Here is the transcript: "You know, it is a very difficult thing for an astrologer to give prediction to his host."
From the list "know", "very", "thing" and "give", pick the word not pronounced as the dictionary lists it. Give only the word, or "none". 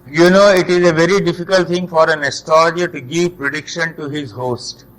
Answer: thing